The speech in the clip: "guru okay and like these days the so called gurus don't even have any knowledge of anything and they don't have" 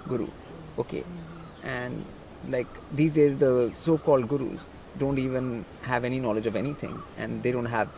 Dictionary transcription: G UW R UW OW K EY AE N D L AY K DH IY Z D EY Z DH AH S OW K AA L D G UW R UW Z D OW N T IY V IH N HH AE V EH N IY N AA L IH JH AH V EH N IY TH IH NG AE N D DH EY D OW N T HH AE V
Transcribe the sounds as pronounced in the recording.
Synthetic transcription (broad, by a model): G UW R UW OW K EY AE N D L AY K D IY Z D EY Z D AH S OW K AA L D G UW R UW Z D OW N T IY V IH N HH AE V EH N IY N AA L IH JH AH V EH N IY T IH NG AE N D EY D OW N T HH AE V